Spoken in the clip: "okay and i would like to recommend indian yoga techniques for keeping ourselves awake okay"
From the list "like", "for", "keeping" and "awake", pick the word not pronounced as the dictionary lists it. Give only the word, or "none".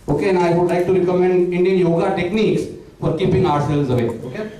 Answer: awake